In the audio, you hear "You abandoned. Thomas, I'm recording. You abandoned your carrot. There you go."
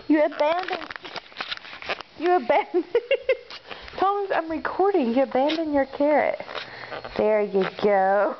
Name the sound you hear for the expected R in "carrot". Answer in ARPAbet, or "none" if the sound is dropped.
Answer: R